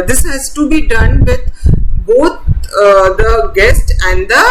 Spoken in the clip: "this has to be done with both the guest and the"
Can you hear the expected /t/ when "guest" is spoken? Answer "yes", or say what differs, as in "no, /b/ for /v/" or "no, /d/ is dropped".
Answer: yes